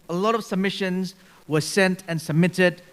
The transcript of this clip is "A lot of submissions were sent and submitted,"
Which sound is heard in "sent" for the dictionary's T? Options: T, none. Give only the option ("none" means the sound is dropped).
T